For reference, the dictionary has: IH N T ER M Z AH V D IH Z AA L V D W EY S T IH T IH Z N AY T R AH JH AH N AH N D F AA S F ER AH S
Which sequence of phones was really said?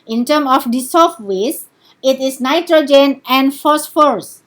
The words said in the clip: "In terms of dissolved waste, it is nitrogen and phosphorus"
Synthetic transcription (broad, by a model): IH N T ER M AH F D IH S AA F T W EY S IH T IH S N AY T R AH JH AH N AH N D F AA S F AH S